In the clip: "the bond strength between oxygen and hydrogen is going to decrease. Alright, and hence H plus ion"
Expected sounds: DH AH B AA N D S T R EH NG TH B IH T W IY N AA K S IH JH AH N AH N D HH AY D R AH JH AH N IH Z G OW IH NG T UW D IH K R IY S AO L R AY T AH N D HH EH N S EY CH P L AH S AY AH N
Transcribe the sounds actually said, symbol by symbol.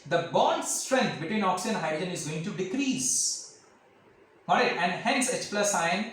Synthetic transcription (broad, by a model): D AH B AA N D S T R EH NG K B IH T W IY N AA K S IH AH AH N D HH AY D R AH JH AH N IH Z G OW IH NG T UW D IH K R IY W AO R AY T AH N D HH EH N S EY CH P L AH S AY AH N